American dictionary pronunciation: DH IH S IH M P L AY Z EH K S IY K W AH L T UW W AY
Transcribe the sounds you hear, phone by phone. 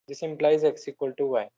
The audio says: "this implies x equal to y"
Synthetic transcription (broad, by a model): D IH S IH M P L AY Z EH K S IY K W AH L T UW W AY